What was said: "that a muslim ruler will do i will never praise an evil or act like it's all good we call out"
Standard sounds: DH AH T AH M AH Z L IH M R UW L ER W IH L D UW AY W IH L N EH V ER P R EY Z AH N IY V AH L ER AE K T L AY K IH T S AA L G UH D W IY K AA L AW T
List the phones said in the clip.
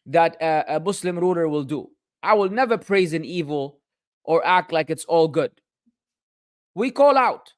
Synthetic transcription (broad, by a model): DH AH T AH M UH S L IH M R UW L ER W IH L D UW AY W IH L N EH V ER P R EY Z AH N IY V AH L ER AE K T L AY K IH T S AA L G UH D W IY K AA L AW T